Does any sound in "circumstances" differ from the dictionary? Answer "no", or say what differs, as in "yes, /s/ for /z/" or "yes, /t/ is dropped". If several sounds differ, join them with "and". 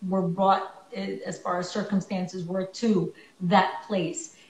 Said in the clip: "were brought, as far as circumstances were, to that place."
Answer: no